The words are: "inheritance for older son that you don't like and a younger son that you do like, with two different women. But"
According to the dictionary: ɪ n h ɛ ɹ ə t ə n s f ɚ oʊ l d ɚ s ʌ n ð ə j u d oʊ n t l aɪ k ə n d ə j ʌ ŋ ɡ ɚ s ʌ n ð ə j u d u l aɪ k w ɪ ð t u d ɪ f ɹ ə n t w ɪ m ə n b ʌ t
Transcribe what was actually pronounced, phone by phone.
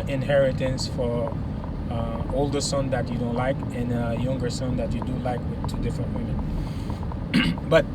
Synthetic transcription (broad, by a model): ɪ n h ɛ ɹ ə t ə n s f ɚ oʊ l d ɚ s ʌ n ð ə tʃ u d oʊ n t l aɪ k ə n ə j ʌ ŋ ɡ ɚ s ʌ n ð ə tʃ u d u l aɪ k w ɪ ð t u d ɪ f ɹ ə n t w ɪ m ə n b ʌ t